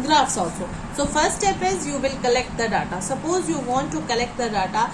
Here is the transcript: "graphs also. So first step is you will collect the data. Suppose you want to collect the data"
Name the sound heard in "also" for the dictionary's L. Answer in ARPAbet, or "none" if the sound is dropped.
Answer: none